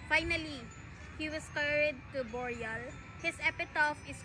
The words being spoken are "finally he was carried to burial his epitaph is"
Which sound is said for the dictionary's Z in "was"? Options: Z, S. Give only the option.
S